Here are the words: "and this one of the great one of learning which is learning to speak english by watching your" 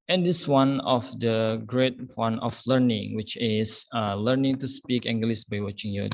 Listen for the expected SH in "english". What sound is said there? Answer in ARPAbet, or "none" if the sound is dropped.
S